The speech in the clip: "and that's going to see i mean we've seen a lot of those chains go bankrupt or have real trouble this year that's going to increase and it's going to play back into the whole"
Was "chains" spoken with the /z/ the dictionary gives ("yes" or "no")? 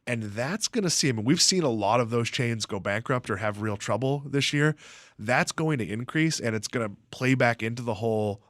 yes